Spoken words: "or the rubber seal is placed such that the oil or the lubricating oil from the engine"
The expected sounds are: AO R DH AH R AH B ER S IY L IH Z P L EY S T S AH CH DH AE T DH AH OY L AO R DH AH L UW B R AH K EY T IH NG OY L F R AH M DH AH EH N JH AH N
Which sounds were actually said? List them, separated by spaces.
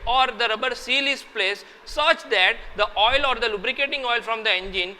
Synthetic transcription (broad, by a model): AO R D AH R AH B ER S IY L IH S P L EY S S AH CH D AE T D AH OY L AO R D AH L UW B R AH K EY T IH NG OY L F R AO M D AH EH N JH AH N